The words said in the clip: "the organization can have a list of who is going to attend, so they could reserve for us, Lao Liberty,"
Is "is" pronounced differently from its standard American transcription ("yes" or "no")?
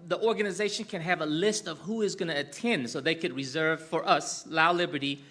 no